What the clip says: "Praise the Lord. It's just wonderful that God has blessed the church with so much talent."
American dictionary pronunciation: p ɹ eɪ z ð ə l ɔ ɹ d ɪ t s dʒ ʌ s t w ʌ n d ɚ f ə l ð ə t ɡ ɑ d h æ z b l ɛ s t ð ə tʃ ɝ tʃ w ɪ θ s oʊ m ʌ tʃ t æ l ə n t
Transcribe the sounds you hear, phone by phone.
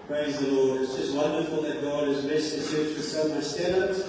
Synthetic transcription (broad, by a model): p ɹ eɪ z ð ə l ɔ ɹ d ɪ t s dʒ ʌ s t w ʌ n d ɚ f ə l ð ə t ɡ ɑ d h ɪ z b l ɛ s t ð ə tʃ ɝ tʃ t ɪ s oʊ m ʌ s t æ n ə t